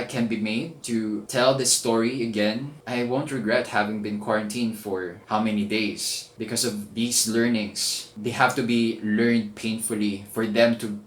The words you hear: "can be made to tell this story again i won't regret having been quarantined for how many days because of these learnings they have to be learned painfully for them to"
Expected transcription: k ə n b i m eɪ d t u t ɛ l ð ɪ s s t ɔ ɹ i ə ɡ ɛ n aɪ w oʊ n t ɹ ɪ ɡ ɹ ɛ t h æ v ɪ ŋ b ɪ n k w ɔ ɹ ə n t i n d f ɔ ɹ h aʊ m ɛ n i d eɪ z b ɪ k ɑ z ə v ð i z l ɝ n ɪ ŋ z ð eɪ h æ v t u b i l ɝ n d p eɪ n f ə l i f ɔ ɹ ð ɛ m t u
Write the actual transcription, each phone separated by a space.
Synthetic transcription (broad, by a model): k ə n b i m eɪ d t u t ɛ l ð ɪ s s t ɔ ɹ i ə ɡ ɛ n aɪ w oʊ n t ɹ ɪ ɡ ɹ ɛ t h æ v ɪ ŋ b ɪ n k w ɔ ɹ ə n t i n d f ɔ ɹ h aʊ m ɛ n i d eɪ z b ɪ k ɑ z ə v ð i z l ɝ n ɪ ŋ s ð eɪ h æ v t u b i l ɝ n d p eɪ n f ə l i f ɔ ɹ ð ɛ m t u